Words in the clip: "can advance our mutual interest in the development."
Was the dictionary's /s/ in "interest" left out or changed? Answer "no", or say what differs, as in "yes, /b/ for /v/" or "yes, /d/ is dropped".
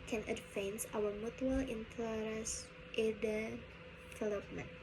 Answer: yes, /s/ is dropped